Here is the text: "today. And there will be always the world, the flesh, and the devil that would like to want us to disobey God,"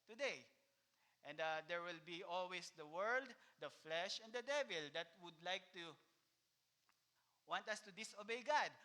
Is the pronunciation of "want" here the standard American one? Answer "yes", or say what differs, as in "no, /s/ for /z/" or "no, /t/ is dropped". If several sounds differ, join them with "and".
yes